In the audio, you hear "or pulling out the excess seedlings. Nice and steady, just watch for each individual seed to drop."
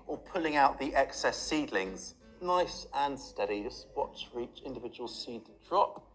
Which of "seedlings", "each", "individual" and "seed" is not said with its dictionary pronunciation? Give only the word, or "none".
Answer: none